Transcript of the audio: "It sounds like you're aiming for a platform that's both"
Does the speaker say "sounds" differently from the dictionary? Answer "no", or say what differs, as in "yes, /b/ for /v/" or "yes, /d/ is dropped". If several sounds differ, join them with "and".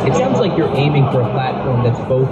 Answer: no